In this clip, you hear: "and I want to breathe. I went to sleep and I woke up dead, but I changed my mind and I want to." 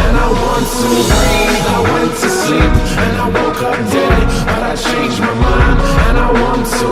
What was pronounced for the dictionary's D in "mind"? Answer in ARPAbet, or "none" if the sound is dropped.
none